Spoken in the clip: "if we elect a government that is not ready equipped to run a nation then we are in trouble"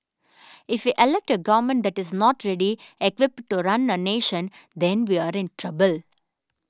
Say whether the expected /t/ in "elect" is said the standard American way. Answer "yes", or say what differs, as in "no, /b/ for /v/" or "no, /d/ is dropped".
yes